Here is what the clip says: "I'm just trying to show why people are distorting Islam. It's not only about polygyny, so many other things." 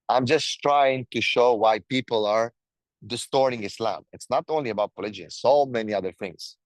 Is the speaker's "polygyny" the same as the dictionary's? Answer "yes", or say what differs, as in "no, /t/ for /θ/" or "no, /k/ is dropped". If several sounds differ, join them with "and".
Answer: no, /n/ is dropped